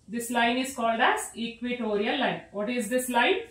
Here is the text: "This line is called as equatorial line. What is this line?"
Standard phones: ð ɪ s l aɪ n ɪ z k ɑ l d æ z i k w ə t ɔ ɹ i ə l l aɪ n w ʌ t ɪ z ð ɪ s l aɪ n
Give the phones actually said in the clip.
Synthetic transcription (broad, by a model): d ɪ s l aɪ n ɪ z k ɑ l d æ z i k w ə t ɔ ɹ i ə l l aɪ n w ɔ t ɪ z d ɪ s l aɪ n